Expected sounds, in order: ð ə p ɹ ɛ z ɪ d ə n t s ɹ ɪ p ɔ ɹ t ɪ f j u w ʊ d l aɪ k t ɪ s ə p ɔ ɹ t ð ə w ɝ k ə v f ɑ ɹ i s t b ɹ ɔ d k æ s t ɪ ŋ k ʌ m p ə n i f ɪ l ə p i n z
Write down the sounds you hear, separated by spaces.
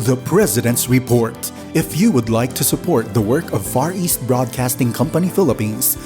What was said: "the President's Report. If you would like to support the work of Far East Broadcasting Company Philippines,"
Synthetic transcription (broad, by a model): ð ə p ɹ ɛ z ɪ d ə n t s ɹ ɪ p ɔ ɹ t ɪ f j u w ʊ d l aɪ k t ɪ s ə p ɔ ɹ t ð ə w ɝ k ə v f ɑ ɹ i s t b ɹ ɔ d k æ s t ɪ ŋ k ʌ m p ə n i f ɪ l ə p i n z